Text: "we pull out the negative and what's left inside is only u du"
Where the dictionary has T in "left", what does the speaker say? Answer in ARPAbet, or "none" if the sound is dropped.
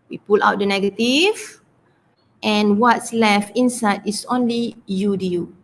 none